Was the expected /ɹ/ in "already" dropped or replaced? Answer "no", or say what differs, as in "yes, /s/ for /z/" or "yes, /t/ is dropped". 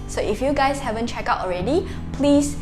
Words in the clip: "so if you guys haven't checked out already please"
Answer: no